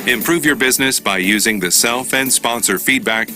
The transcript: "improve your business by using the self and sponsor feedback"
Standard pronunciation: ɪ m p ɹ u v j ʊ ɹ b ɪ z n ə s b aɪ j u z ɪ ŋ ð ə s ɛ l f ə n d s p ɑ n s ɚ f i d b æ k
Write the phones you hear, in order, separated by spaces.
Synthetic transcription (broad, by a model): ɪ m p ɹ u v j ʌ ɹ b ɪ z n ə s b aɪ j u z ɪ ŋ ð ə s ɛ l f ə n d s p ɑ n s ɚ f i d b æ k